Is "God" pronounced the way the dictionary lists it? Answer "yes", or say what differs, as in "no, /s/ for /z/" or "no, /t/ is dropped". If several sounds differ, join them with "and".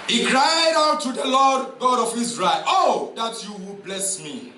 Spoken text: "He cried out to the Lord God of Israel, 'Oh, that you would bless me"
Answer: yes